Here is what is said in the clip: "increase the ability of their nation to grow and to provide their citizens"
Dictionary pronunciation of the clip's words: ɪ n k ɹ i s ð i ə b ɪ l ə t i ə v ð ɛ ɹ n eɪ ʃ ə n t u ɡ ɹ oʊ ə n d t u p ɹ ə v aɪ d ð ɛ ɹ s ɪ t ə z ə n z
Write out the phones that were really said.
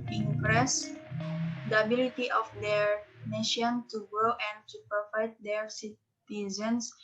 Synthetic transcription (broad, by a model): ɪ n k ɹ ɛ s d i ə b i l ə t i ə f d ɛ ɹ n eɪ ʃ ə n t u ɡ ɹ oʊ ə n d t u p ə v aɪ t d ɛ ɹ s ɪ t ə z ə n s